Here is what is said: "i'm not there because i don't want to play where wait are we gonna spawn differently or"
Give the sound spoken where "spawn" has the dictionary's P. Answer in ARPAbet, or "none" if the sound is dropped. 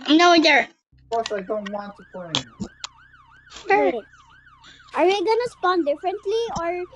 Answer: P